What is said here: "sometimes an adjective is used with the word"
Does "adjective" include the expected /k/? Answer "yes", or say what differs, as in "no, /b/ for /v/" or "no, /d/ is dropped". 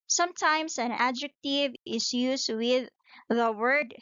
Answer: yes